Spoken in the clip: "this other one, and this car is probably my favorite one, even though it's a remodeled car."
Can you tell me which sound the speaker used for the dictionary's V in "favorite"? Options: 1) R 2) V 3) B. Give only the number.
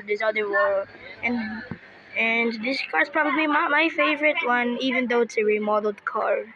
2